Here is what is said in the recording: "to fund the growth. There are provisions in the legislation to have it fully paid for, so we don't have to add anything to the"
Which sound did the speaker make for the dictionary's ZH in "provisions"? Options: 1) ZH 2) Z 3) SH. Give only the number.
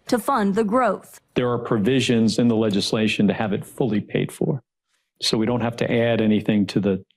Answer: 1